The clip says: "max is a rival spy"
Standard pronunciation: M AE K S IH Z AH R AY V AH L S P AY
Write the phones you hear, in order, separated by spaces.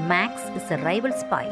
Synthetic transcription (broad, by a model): M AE K S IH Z AH R AY V AH L S P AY